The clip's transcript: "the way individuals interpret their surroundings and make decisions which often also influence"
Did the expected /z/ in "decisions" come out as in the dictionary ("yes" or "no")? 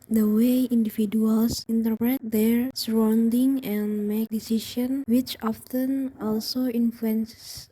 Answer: no